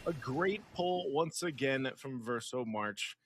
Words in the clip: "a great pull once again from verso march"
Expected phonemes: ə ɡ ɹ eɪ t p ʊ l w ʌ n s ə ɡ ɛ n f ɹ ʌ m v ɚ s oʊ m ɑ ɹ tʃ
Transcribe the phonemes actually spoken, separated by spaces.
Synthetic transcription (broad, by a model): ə ɡ ɹ eɪ t p ʊ l w ʌ n s ə ɡ ɛ n f ɹ ʌ m v ɚ s oʊ m ɑ ɹ tʃ